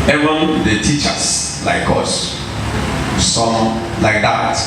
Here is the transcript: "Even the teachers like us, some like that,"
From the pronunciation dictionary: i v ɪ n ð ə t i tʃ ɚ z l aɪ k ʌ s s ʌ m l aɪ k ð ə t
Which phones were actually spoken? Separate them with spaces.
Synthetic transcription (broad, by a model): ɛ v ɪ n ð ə t i tʃ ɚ s l aɪ k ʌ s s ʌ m l aɪ k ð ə t